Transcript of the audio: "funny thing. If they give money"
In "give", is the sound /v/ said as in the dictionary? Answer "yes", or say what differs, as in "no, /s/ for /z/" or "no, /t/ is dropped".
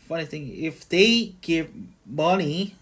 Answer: no, /p/ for /v/